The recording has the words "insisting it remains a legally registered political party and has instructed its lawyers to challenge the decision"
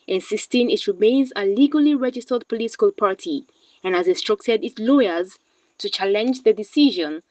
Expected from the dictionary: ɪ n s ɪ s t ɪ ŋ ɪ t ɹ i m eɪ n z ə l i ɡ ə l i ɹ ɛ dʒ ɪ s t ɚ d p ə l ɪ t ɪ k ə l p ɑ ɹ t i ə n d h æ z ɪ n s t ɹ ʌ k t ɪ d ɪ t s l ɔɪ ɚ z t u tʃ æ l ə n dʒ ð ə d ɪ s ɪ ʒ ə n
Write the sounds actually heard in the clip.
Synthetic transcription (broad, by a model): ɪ n s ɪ s t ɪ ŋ ɪ t ɹ i m eɪ n z ə l i ɡ ə l i ɹ ɛ dʒ ɪ s t ɚ d p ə l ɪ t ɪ k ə l p ɑ ɹ t i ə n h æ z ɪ n s t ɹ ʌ k t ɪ d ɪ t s l ɔɪ ɚ z t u tʃ æ l ə n dʒ ð ə d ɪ s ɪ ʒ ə n